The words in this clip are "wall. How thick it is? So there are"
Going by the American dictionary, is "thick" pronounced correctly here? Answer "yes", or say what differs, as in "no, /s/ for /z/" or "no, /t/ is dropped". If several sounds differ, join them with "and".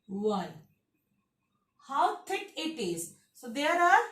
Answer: no, /t/ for /θ/